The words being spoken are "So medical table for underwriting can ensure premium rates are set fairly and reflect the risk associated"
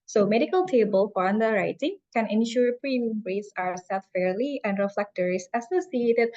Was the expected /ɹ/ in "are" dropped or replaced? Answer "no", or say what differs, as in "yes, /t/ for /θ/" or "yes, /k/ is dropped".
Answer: yes, /w/ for /ɹ/